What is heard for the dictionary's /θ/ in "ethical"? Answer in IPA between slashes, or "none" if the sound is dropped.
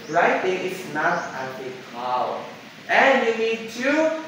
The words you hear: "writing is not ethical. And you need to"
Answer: /t/